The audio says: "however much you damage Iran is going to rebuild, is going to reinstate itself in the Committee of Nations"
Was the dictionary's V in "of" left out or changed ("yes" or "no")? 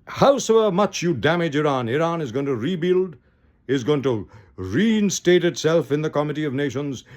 no